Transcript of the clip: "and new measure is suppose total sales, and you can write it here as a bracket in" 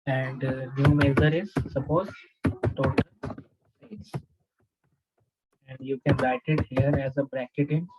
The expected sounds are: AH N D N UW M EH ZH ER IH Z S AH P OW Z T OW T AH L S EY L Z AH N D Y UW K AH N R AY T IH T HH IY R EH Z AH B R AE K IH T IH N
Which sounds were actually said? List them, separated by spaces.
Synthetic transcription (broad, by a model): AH N D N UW M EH Z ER IH Z S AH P OW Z T OW T AH L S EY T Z AH N D Y UW K AH N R AY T IH T HH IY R EH Z AH B R AE K IH T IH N